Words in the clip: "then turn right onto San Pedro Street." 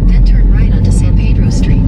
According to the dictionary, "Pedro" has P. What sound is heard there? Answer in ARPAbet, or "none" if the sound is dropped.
P